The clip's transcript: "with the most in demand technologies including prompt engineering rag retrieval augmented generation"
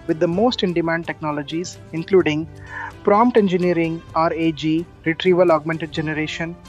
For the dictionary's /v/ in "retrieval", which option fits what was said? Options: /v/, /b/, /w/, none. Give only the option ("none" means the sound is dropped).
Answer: /v/